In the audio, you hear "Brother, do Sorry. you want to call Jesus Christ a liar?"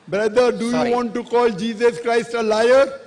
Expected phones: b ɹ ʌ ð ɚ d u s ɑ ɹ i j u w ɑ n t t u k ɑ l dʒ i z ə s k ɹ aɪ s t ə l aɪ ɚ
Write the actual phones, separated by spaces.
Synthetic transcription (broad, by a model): b ɹ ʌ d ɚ d u j u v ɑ n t t u k ɑ l dʒ i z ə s k ɹ aɪ s t ə l aɪ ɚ